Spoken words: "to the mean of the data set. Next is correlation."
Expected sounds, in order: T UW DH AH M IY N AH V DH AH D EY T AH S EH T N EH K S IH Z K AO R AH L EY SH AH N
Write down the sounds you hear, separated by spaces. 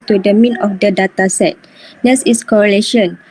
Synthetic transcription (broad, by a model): T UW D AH M IY N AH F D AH D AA T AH S EH T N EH S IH S K AO R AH L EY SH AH N